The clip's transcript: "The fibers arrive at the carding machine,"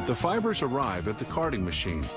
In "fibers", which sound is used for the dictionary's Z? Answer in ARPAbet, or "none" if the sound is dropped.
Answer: Z